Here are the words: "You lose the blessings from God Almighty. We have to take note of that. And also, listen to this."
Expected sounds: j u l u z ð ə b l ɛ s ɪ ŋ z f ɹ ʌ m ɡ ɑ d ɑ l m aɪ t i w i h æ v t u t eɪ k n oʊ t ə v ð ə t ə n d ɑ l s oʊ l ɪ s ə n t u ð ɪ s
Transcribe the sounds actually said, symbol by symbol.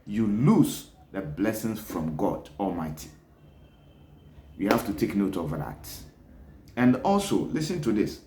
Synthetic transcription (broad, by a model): j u l u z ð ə b l ɛ s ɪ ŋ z f ɹ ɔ m ɡ ɑ d ɑ l m aɪ t i w i h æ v t u t eɪ k n oʊ t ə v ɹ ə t ə n d ɑ l s oʊ l ɪ s ə n t u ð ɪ s